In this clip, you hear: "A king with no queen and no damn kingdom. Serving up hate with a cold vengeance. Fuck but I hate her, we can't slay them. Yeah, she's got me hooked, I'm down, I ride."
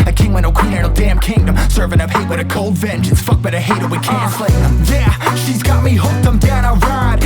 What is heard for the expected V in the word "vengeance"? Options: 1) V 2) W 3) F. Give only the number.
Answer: 1